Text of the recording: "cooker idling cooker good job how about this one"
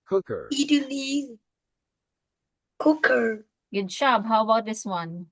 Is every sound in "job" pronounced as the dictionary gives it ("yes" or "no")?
no